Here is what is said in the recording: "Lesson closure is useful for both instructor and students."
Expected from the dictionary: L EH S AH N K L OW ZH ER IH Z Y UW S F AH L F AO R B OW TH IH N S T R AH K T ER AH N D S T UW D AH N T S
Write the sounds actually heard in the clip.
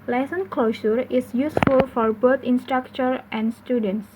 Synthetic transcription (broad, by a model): L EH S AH N K L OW S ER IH S Y UW S F AH L F AO R B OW T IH N S T R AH K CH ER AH N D S T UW D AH N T S